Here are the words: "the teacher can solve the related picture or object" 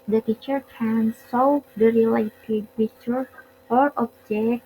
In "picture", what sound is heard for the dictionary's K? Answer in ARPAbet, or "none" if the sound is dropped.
none